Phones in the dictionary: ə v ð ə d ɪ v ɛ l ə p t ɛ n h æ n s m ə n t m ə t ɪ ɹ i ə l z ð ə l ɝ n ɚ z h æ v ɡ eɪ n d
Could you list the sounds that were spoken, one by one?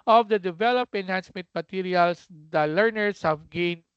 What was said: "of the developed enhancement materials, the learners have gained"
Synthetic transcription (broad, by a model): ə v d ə d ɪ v ɛ l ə p ɛ n h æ n s m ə n t m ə t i ɹ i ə l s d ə l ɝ n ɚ s h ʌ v ɡ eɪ n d